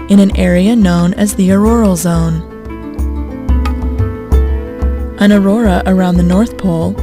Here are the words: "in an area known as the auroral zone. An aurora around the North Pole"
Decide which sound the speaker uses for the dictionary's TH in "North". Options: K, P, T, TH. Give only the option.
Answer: TH